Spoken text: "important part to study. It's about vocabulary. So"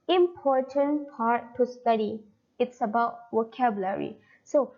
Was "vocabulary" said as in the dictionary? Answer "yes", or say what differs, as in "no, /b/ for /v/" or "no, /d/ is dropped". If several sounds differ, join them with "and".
no, /w/ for /v/